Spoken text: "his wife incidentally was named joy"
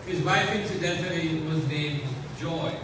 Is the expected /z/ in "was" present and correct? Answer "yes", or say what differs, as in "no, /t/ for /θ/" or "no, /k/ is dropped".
yes